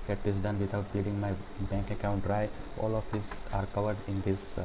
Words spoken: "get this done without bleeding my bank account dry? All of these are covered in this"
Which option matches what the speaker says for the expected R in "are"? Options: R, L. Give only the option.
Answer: R